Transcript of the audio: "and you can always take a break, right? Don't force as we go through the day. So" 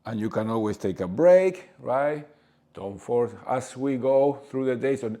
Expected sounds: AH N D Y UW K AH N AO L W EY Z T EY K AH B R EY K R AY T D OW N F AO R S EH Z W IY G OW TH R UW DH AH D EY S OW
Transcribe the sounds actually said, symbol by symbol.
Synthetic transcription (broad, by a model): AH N Y UW K AH N AO L W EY S T EY K AH B R EY K R AY T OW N F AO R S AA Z W IY G OW TH R UW DH AH D EY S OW